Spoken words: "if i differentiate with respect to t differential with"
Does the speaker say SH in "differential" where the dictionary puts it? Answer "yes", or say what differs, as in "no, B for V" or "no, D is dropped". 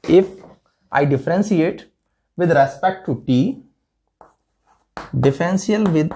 no, S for SH